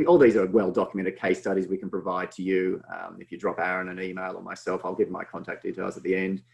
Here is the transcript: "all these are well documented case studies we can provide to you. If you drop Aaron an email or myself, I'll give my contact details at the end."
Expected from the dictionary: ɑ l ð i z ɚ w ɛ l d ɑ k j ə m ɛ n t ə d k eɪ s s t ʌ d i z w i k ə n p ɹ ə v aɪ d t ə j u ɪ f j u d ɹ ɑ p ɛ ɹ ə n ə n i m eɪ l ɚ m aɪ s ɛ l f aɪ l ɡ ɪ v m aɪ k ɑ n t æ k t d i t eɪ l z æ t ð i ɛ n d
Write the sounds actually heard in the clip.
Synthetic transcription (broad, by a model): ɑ l ð i z ɚ w ɛ l d ɑ k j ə m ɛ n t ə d k eɪ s s t ʌ d i z w i k ə n p ɹ ə v aɪ d t ə j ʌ ɪ f j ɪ d ɹ ɑ p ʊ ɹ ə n ə n i m eɪ l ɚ m aɪ s ɛ l f aɪ l ɡ ɪ v m aɪ k ɑ n t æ k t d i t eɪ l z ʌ t ð i ɛ n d